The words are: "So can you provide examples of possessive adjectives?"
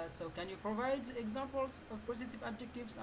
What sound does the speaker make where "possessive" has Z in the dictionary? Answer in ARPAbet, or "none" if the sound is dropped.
S